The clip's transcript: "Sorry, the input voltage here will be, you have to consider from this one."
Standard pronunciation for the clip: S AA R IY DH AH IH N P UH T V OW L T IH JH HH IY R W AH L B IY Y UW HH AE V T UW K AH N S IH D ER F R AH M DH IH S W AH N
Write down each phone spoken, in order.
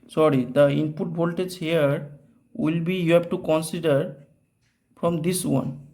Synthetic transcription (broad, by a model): S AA R IY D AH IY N P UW T B OW L T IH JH HH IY R W AH L B IY Y UW HH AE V T UW K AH N S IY D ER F R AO M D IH S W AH N